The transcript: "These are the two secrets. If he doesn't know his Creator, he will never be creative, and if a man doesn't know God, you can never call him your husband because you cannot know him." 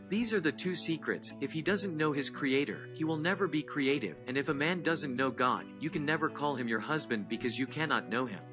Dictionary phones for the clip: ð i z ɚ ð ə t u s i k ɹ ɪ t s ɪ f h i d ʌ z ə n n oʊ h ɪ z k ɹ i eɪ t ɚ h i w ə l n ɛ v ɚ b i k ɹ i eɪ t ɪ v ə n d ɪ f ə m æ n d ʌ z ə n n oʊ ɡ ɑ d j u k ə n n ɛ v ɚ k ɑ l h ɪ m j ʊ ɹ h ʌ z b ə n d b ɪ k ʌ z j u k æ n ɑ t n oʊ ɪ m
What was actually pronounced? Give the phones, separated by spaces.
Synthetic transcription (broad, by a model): ð i z ɚ ð ə t u s i k ɹ ɪ t s ɪ f h i d ʌ z ə n n oʊ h ɪ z k ɹ i eɪ t ɚ h i w ə l n ɛ v ɚ b i k ɹ i eɪ t ɪ v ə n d ɪ f ə m æ n d ʌ z ə n n oʊ ɡ ɑ d j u k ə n n ɛ v ɚ k ɑ l h ɪ m j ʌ ɹ h ʌ z b ə n d b ɪ k ʌ z j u k æ n ɑ t n oʊ ɪ m